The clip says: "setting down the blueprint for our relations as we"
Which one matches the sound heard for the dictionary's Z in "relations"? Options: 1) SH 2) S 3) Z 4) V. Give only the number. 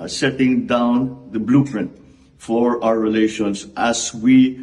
2